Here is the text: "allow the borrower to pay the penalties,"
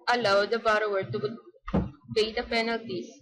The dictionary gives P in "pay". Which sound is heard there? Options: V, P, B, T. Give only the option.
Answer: B